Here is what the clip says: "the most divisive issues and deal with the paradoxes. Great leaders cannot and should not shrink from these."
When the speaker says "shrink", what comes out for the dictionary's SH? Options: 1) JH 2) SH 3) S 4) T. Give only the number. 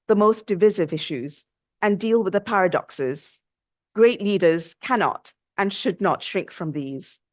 2